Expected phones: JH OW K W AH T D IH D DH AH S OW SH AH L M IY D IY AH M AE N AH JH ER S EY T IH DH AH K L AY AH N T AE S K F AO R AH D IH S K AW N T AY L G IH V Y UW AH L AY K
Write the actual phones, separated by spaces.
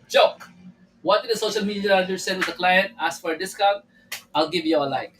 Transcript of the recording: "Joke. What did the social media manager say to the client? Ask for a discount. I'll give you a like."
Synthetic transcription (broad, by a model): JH OW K W AH T D IH D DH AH S OW SH AH L M IY D IY AH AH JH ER S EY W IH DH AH K L AY AH N T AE S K F AO R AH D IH S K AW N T AY L G IH V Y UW AH L AY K